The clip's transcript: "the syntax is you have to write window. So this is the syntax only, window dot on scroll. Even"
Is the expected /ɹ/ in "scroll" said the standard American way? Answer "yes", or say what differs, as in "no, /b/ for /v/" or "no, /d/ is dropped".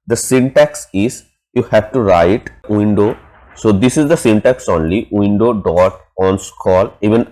no, /ɹ/ is dropped